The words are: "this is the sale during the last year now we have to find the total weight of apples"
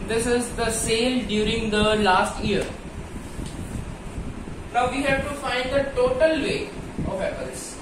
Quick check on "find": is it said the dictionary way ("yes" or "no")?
yes